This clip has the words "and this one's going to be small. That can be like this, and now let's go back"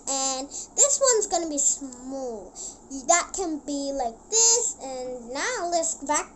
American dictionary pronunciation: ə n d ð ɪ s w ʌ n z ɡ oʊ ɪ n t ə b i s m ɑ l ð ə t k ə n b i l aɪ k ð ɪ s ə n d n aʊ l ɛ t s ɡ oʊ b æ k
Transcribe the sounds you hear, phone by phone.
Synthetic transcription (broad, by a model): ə n ð ɪ s w ʌ n z ɡ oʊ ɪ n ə b i s m ɑ l ð ə t k ə n b i l aɪ k ð ɪ s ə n n aʊ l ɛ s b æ k